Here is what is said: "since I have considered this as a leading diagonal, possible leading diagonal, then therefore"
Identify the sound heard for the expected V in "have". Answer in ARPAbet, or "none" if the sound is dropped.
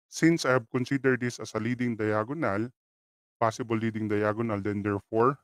B